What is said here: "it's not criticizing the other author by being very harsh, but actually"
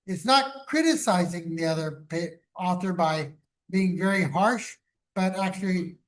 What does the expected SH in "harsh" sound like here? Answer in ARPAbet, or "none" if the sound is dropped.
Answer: SH